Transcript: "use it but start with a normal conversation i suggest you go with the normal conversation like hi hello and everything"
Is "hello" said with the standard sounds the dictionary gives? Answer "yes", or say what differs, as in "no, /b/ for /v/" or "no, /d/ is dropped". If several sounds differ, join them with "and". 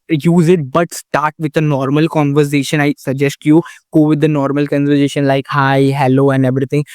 yes